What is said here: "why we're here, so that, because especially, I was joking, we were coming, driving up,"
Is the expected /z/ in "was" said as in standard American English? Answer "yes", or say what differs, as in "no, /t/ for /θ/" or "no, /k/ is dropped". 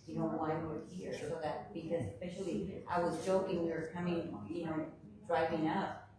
yes